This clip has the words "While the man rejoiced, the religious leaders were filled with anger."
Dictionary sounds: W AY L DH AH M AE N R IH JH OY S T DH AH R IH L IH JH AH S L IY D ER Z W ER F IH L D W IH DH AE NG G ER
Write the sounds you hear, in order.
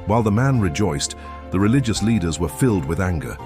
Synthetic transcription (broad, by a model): W AY L DH AH M AE N R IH JH OY S DH AH R IH L IH JH AH S L IY D ER Z W ER F IH L D W IH DH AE NG G ER